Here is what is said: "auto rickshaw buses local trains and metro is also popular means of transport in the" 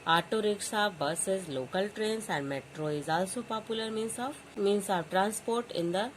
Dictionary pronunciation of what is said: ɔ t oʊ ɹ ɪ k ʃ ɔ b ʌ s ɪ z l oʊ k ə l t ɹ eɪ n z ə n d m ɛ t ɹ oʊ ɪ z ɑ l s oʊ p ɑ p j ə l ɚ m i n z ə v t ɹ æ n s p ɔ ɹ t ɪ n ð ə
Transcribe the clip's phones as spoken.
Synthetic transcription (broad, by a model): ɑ t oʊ ɹ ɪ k s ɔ b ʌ s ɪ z l oʊ k ə l t ɹ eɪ n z ə n d m ɛ t ɹ oʊ ɪ z ɑ l s oʊ p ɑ p j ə l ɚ m i n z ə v t ɹ æ n s p ɔ ɹ t ɪ n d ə